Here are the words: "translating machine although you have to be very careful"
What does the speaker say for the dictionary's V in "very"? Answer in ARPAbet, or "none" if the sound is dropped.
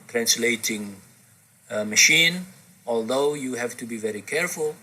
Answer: V